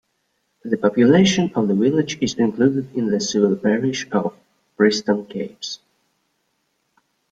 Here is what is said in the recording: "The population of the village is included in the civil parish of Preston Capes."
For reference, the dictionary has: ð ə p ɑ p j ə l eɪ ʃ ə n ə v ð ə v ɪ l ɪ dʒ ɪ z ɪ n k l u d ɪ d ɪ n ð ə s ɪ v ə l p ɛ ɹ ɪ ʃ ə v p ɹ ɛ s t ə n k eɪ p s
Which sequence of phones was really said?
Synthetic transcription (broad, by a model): ð ə p ɑ p j ə l eɪ ʃ ə n ə v ð ə v ɪ l ɪ dʒ ɪ z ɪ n k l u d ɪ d ɪ n ð ə s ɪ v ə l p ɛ ɹ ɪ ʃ ə v b ɹ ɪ s t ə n k eɪ p s